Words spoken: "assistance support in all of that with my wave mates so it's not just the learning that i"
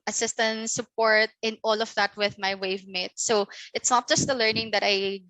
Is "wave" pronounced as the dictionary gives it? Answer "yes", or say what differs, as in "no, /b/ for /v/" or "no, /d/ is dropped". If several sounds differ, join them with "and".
yes